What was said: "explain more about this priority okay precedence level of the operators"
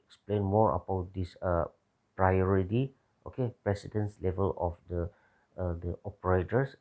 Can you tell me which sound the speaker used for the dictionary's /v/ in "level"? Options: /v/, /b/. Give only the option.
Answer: /v/